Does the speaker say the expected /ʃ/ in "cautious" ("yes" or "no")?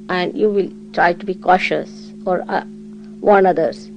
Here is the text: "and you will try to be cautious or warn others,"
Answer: yes